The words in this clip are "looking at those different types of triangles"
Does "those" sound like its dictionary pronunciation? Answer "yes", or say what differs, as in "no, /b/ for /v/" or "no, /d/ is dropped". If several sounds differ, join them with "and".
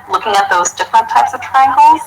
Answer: yes